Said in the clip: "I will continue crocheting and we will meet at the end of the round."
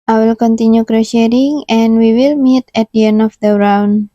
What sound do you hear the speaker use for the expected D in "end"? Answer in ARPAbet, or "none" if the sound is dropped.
none